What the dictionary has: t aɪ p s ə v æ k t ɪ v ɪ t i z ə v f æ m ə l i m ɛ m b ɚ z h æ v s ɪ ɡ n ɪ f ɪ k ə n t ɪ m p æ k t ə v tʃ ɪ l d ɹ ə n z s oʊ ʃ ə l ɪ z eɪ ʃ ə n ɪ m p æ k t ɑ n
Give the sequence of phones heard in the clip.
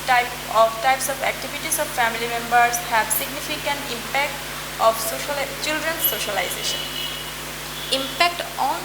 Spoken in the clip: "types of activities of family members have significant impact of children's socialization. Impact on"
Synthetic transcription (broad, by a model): t aɪ p s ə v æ k t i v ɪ t i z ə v f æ m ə l i m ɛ m b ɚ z h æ b s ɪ ɡ n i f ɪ k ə n t ɪ m p æ k t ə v tʃ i l d ɹ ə n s oʊ ʃ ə l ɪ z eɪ ʃ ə n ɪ m p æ k t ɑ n